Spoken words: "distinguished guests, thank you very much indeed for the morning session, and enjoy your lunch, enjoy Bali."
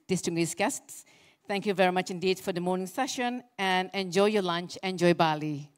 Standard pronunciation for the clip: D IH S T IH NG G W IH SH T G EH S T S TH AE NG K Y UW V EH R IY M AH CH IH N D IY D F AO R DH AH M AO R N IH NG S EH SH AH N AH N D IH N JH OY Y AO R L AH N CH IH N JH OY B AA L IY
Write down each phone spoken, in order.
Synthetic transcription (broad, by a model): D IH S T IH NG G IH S G EH S T S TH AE NG K Y UW V EH R IY M AH CH IH N D IY D F AO R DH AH M AO R N IH NG S EH SH AH N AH N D IH N JH OY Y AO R L AH N CH IH N JH OY B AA L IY